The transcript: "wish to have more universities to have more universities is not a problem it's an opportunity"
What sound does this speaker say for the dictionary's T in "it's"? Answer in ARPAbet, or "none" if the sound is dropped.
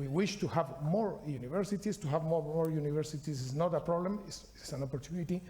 S